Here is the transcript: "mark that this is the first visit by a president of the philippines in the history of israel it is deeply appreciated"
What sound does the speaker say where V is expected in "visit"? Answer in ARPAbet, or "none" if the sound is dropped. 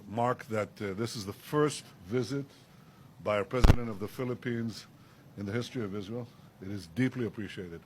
V